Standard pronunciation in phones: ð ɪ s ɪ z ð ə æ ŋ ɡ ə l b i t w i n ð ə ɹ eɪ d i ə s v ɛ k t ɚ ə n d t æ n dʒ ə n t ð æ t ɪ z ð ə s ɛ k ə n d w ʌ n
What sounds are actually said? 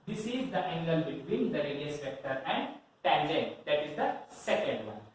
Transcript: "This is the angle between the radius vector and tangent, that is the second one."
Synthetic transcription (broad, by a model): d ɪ s ɪ z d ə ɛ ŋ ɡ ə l b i t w i n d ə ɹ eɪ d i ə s p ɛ k t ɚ ə n d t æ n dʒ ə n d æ t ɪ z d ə s ɛ k ə n d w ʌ n